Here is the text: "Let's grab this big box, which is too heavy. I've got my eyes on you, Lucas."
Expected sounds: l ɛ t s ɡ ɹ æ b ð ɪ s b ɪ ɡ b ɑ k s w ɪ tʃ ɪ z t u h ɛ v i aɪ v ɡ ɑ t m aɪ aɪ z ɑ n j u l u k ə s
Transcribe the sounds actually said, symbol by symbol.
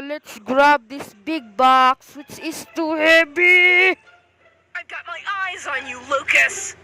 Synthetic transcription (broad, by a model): l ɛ t s ɡ ɹ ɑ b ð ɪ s b ɪ ɡ b ɑ k s w ɪ tʃ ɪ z t u h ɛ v i aɪ v ɡ ɑ t m aɪ aɪ z n j u l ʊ k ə s